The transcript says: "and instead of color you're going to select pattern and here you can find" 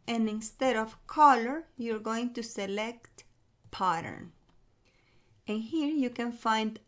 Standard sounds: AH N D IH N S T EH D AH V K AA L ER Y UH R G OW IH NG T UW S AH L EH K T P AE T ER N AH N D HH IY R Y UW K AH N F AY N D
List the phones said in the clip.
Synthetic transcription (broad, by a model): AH N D IH N S T EH D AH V K AA L ER Y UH R G OW IH NG T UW S AH L EH K T P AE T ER N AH N HH IY R Y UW K AH N F AY N D